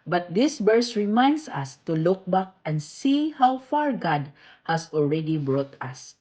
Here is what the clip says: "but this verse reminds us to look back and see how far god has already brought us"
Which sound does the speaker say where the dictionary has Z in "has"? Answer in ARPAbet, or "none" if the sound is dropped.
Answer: S